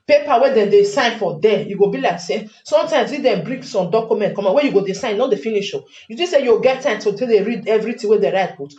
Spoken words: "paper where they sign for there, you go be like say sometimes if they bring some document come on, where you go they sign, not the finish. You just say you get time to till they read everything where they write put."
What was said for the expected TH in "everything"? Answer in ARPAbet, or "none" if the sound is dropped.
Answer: T